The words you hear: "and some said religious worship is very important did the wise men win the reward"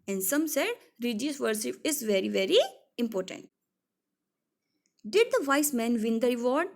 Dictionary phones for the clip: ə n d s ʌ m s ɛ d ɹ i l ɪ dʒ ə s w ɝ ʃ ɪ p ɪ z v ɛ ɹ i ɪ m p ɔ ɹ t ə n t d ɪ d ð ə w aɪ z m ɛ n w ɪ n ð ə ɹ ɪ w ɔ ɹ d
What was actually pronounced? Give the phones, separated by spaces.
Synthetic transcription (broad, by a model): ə n d s ʌ m s ɛ d ɹ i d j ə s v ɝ s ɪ f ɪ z v ɛ ɹ i ɪ m p ɔ ɹ t ə n t d ɪ d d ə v aɪ s m ɛ n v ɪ n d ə ɹ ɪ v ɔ ɹ d